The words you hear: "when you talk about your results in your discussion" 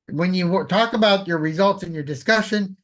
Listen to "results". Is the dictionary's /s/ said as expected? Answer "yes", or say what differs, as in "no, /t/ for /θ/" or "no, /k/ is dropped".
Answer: yes